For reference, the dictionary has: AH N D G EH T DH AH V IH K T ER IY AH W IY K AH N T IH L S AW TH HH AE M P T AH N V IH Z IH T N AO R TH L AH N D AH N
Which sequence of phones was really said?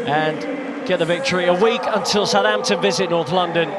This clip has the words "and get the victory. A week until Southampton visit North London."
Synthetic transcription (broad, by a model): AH N G EH T DH AH V IH K T ER IY AH W IY K AH N T IH L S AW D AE M T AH V IH Z IH T N AO R TH L AH N D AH N